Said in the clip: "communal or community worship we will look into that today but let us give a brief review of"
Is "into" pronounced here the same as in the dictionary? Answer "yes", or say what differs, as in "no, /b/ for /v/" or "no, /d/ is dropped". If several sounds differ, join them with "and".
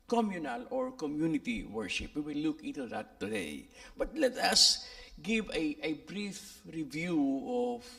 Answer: no, /n/ is dropped